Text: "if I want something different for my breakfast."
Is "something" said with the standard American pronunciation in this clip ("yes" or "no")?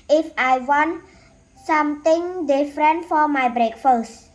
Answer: no